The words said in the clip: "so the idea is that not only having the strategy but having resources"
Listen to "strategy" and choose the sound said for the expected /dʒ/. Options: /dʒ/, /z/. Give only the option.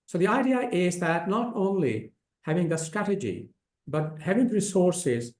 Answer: /dʒ/